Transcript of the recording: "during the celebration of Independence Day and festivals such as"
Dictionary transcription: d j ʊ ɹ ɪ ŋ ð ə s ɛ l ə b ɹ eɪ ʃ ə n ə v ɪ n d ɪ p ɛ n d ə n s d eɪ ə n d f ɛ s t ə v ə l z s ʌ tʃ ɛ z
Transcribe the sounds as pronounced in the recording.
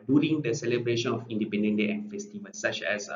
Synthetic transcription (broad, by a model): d j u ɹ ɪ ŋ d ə s ɛ l ə b ɹ eɪ ʃ ə n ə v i n d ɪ p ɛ n d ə n d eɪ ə n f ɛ s t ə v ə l s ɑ tʃ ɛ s